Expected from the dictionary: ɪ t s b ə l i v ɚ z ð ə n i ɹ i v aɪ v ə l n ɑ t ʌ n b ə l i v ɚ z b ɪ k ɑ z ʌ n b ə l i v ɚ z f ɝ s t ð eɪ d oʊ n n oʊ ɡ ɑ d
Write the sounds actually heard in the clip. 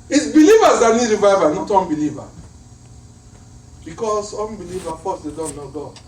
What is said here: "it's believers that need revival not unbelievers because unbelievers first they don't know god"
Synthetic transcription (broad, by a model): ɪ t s b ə l i v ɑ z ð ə n i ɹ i v aɪ v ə n ɑ t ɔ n b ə l i v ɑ b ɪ k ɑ s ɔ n b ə l i v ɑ f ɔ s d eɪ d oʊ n n oʊ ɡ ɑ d